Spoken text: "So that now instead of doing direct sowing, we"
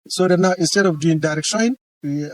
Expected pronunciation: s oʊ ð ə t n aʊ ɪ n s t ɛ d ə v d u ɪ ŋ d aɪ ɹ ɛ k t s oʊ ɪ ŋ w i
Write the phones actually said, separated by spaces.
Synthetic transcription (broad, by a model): s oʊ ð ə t n aʊ ɪ n s t ɛ d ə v d u ɪ ŋ d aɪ ɹ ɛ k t ʃ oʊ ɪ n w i